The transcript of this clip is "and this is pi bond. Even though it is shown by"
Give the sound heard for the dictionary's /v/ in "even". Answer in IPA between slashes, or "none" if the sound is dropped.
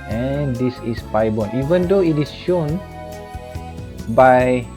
/v/